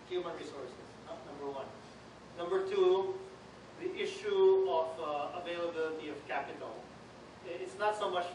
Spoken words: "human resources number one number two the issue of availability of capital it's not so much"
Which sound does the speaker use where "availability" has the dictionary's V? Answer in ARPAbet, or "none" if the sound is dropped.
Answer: V